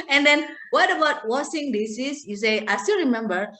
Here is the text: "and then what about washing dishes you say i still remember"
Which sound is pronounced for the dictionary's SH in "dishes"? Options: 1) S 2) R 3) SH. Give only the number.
1